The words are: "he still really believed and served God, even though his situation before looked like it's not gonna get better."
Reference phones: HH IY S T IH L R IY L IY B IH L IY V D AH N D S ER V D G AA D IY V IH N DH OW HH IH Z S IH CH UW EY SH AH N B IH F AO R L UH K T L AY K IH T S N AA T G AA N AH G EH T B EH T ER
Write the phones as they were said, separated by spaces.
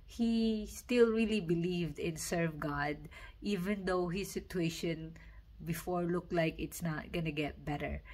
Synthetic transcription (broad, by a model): HH IY S T IH L R IY L IY B IH L IY V D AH N S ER V G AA D IY V IH N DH OW HH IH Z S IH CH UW EY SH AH N B IH F AO R L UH K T L AY K IH T S N AA T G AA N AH G EH T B EH T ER